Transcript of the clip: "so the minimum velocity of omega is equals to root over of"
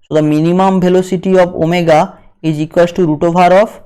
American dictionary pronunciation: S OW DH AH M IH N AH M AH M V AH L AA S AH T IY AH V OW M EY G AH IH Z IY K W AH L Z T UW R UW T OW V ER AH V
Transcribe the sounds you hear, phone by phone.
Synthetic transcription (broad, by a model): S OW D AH M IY N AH M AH M B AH L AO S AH T IY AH B OW M EY G AH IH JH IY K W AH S T UW R UW T OW B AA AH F